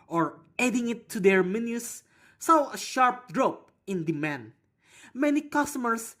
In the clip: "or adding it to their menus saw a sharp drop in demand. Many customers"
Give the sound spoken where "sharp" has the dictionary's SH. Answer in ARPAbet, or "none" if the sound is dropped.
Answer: SH